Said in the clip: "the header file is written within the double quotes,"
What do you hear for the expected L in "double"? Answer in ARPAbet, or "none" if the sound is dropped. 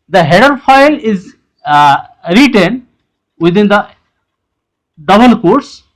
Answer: N